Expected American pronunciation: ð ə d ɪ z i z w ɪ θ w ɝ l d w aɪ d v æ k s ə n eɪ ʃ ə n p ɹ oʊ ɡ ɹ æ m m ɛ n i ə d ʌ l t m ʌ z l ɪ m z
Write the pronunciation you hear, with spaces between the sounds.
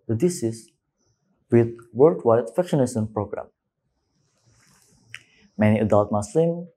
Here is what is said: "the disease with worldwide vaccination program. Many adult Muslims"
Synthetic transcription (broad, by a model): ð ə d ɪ s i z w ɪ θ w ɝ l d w aɪ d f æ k ʃ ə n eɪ s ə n p ɹ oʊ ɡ ɹ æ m m ɛ n i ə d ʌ l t m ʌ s l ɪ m